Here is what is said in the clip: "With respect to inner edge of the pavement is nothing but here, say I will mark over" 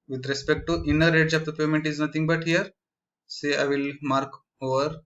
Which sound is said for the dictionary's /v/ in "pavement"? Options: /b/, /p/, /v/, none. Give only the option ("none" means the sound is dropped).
none